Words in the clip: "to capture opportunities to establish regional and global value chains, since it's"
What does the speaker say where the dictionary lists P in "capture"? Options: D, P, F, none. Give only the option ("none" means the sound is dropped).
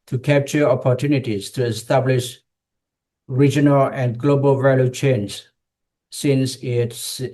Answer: P